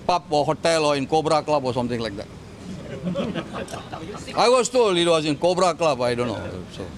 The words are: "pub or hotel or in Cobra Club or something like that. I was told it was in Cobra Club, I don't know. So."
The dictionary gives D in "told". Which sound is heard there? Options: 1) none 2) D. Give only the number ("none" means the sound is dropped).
1